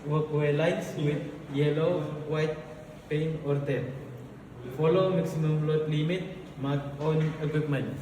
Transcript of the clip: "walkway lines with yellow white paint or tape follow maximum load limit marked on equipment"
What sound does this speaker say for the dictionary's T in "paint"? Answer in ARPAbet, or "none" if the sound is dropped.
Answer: none